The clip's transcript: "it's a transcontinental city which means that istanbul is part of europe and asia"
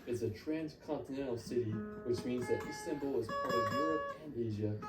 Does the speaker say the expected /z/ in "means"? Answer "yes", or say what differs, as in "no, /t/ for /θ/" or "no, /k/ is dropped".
yes